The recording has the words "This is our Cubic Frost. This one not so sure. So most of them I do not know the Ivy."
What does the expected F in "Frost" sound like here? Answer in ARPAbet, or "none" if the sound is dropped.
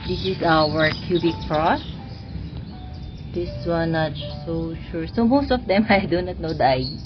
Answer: P